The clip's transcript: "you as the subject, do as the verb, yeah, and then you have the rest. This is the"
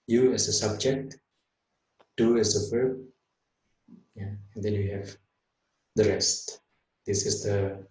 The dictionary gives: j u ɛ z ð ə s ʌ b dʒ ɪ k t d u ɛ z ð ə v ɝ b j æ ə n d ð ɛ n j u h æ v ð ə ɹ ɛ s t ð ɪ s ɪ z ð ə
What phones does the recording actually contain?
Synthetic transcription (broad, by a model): j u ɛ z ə s ʌ b dʒ ɪ k t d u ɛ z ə p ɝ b j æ ə n d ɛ n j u h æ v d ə ɹ ɛ s t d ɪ s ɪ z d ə